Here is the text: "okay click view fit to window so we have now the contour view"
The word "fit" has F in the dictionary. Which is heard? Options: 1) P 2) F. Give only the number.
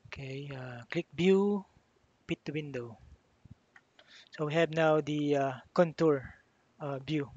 1